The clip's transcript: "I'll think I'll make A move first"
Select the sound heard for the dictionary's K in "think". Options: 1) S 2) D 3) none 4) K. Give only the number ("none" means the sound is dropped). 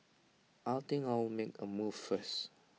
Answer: 3